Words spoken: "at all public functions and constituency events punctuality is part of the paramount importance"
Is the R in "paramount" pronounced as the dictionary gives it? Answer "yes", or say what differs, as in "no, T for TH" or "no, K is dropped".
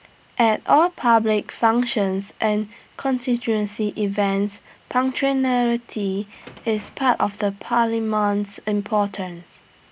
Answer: no, L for R